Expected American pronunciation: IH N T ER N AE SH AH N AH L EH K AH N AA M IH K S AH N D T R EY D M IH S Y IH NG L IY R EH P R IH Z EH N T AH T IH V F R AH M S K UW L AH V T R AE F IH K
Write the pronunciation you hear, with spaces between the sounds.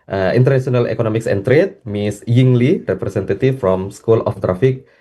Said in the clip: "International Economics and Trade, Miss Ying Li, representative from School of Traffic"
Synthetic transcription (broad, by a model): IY N T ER N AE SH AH N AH L EH K AH N AA M IH K S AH N T R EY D M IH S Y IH NG L IY R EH P R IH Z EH N T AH T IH F F R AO M S K UW L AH F T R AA F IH K